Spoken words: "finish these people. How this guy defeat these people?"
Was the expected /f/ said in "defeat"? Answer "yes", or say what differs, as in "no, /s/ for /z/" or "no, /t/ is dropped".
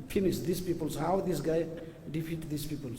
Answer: no, /p/ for /f/